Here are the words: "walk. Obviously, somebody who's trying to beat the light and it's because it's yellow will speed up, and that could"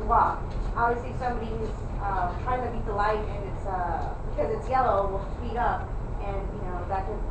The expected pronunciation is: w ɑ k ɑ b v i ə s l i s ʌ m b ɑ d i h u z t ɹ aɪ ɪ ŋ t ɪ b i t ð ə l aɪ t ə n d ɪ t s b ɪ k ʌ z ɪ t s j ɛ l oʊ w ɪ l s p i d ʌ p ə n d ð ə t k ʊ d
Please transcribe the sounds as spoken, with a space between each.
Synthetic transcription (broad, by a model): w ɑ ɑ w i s i s ʌ m b ɑ d i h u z t ɹ aɪ ɪ ŋ t ɪ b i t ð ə l aɪ t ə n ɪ t s b ɪ k ʌ z ɪ t s j ɛ l oʊ w ɪ l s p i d ʌ p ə n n ð ə t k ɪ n